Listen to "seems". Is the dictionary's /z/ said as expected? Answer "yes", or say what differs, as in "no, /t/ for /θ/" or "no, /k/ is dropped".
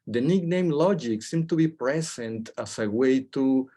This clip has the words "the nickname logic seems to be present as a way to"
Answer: no, /z/ is dropped